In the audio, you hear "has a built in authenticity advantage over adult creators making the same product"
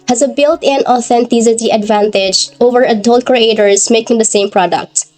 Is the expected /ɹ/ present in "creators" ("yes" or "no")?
yes